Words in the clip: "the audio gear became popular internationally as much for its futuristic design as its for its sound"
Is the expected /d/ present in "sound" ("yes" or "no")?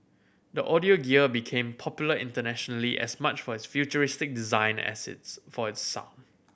no